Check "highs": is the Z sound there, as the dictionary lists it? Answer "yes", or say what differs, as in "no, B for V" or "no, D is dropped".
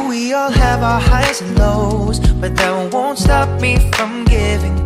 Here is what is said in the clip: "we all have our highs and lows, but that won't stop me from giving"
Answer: no, Z is dropped